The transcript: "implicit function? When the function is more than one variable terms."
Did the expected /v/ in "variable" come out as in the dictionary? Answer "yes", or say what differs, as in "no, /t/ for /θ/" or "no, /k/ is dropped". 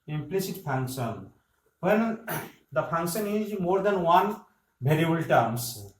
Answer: no, /b/ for /v/